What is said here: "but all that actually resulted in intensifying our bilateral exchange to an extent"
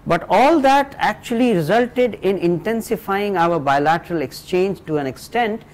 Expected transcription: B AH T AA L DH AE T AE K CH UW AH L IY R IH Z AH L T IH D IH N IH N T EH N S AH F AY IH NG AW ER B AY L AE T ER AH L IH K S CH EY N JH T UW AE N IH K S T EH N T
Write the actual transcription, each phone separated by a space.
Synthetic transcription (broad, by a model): B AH T AA L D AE T AE K CH UW AH L IY R IH Z AH L T IH D IH N IH N T EH N S AH F AY IH NG AW ER B AY L AE T ER AH L IH K S CH EY N JH T UW AE N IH K S T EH N T